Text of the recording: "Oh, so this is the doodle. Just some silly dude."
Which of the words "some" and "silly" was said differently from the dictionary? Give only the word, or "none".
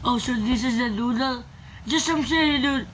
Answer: silly